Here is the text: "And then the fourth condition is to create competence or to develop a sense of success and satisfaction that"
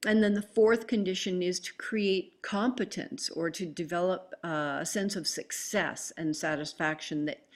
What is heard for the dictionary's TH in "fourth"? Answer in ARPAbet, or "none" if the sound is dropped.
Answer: TH